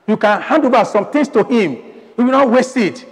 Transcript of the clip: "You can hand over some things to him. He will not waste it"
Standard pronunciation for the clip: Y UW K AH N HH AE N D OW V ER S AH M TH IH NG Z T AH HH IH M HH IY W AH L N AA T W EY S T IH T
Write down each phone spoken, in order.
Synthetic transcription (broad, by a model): Y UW K AH N HH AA N D OW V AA S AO M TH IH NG S T AH HH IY M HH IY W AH N AA T W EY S IH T